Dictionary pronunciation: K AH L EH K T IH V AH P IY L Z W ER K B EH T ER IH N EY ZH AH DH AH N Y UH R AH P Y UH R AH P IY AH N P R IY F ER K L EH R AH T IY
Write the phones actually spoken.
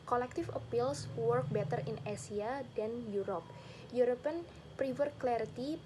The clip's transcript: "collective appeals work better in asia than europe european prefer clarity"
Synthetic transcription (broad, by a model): K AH L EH K T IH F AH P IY L S W ER K B EH T ER IH N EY S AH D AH N Y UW R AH P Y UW R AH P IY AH N P R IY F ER K L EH R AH T IY